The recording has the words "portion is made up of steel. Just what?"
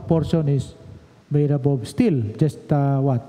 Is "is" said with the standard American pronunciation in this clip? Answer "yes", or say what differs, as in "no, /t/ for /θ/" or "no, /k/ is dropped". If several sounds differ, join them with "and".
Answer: no, /s/ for /z/